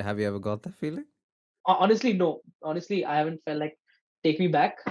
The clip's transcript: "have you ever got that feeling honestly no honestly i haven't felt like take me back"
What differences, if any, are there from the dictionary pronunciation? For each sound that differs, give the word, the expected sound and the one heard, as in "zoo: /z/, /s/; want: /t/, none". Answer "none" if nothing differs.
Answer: none